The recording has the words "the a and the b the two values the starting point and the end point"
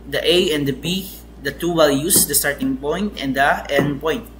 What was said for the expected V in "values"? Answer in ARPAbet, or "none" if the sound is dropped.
W